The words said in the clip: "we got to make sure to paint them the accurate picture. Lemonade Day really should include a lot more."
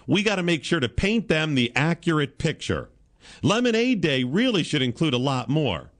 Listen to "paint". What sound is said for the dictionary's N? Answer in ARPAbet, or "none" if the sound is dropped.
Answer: N